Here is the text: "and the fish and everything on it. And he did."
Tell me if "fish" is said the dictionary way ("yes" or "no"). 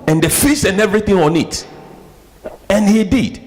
no